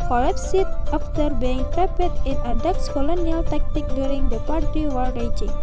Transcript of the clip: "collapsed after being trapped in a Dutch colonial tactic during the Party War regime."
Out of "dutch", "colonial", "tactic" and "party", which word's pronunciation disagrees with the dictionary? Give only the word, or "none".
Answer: dutch